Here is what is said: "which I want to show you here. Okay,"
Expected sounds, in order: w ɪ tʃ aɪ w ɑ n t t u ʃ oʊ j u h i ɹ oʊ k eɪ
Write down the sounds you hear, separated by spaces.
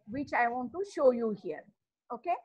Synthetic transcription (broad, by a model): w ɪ tʃ aɪ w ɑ n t t u ʃ oʊ j u h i ɹ oʊ k eɪ